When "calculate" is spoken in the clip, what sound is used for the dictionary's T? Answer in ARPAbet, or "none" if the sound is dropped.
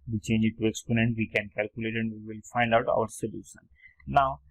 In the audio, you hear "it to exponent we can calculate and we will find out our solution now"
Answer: T